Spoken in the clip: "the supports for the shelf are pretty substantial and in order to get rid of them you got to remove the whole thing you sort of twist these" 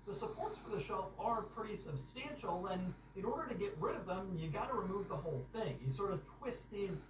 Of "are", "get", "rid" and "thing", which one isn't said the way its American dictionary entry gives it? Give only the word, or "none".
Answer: none